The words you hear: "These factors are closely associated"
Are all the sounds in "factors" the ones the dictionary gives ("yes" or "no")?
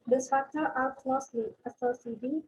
no